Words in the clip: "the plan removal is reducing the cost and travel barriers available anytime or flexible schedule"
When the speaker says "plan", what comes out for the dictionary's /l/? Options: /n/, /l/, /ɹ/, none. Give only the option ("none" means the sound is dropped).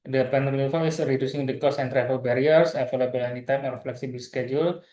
none